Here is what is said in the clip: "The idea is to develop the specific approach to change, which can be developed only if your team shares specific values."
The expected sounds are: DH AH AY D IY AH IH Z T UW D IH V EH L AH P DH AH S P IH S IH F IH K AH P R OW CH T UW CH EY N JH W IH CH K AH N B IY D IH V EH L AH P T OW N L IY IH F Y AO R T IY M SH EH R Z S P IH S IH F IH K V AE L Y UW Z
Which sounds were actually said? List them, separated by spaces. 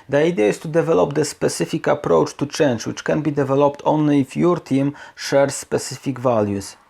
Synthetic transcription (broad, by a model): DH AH AY D IY AH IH S T UW D IH V EH L AH P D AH S P IH S IH F IH K AH P R OW CH T UW CH EY N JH W IH CH K AH N B IY D IH V EH L AH P T OW N L IY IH F Y AO R T IY M SH EH R S P IH S IH F IH K V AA L Y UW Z